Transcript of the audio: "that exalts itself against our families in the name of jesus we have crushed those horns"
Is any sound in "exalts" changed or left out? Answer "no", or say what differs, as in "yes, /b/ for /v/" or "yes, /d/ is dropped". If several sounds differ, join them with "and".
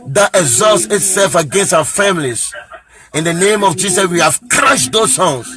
no